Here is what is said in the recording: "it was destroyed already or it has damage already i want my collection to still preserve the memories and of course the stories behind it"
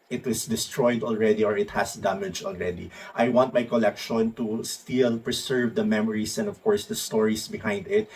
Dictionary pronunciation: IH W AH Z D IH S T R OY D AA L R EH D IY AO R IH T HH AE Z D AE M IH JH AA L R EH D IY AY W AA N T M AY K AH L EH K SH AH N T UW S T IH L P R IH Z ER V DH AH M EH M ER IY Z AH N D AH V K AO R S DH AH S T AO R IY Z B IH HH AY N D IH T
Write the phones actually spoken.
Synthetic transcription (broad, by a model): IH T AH S D IH S T R OY D AA L R EH D IY AO R IH T HH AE S D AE M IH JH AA L R EH D IY AY W AA N T M AY K AH L EH K SH AH N T UW S T IH L P R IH S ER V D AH M EH M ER IY S AH N D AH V K AO R S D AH S T AO R IY S B IH HH AY N D IH T